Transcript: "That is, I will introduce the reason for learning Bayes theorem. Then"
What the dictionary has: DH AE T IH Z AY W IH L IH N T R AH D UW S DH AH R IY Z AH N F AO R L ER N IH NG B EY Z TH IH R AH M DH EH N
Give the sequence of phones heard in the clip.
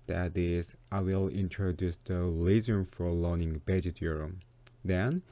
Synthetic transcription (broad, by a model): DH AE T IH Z AY W IH L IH N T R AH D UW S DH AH L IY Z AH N F AO R L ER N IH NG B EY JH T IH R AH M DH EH N